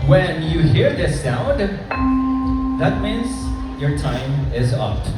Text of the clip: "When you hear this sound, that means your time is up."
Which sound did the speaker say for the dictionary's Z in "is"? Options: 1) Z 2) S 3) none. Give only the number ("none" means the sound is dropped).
1